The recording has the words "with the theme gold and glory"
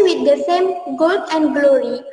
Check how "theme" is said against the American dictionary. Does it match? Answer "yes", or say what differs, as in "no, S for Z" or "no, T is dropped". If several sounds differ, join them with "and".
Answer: no, S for TH